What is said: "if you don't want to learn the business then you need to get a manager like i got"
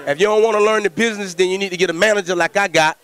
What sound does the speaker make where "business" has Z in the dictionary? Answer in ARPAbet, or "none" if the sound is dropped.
Z